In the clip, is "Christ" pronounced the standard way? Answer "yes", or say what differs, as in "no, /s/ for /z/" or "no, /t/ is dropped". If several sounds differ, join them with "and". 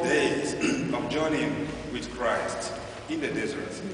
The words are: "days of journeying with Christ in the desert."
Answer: yes